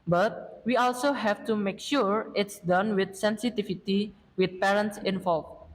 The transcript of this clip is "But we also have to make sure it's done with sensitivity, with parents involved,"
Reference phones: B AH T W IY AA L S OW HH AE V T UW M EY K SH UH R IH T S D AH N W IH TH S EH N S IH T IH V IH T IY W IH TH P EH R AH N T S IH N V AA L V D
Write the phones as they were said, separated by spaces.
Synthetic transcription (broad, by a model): B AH T W IY AA L S OW HH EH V T UW M EY K SH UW R IH T S D AH N W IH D S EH N S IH T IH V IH T IY W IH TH P EH R AH N T S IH N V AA L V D